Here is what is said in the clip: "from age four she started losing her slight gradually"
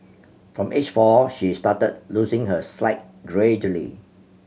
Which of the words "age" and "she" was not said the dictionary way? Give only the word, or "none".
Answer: age